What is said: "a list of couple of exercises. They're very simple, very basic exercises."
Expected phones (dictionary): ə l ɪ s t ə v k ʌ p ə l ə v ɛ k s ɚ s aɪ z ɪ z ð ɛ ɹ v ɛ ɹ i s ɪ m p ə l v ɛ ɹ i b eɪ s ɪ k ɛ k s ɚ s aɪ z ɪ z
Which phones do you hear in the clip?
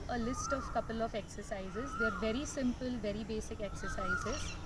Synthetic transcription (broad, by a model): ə l ɪ s t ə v k ʌ p ə l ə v ɛ k s ɚ s aɪ z ɪ z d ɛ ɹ v ɛ ɹ i s ɪ m p ə l v ɛ ɹ i b eɪ s ɪ k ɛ k s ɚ s aɪ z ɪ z